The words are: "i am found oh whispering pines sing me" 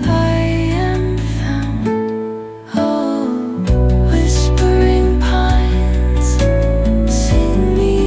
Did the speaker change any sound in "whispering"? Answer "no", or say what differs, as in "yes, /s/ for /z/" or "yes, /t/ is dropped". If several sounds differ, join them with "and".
no